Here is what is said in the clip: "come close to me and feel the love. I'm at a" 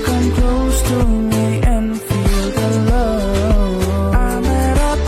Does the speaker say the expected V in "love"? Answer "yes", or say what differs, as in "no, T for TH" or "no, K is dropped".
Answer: no, V is dropped